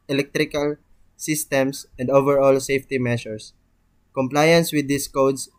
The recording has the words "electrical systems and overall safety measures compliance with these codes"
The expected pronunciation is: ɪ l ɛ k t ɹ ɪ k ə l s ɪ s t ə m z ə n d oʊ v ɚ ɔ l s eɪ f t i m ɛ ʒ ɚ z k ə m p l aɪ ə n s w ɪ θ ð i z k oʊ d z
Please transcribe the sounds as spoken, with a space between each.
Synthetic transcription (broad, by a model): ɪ l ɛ k t ɹ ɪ k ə l s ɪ s t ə m s ə n d oʊ v ɚ ɔ l s eɪ f t i m ɛ ʃ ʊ s k ə m p l aɪ ə n s w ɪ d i s k oʊ d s